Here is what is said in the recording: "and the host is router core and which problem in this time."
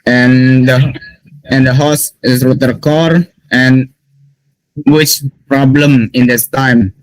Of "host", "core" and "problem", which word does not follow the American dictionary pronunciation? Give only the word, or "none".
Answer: host